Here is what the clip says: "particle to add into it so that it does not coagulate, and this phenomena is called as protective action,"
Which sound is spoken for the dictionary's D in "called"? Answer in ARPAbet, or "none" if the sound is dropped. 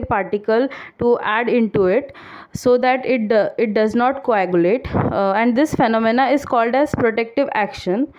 D